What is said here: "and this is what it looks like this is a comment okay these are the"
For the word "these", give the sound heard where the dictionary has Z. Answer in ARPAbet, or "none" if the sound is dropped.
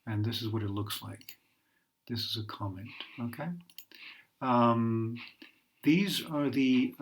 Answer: Z